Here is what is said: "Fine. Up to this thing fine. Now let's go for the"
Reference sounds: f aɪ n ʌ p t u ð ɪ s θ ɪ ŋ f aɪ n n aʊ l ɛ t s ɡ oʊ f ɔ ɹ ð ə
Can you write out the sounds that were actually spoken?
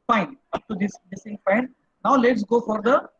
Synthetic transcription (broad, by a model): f aɪ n ʌ p t u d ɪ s s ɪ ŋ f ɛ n n aʊ l ɛ t s ɡ oʊ f ɔ ɹ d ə